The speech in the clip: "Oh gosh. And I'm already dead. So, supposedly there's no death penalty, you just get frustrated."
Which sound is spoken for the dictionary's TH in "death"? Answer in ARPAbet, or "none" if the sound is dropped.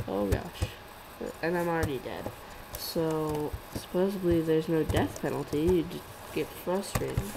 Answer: TH